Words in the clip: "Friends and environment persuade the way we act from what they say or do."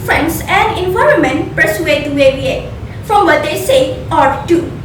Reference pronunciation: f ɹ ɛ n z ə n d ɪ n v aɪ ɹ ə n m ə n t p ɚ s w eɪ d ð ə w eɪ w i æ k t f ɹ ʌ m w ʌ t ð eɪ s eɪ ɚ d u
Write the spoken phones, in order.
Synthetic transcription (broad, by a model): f ɹ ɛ n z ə n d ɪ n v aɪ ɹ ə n m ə n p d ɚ s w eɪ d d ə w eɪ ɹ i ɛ t f ɹ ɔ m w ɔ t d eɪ s eɪ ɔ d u